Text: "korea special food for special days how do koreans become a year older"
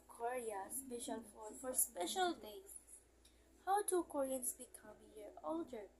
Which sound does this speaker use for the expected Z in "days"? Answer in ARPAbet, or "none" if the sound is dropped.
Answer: none